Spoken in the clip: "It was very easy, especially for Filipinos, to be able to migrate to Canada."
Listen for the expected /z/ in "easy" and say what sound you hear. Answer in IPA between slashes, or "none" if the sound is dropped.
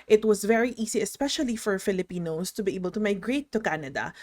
/s/